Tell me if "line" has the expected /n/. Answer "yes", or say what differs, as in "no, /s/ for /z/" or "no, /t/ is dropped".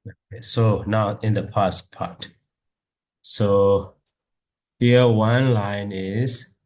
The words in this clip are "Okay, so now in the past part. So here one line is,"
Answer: yes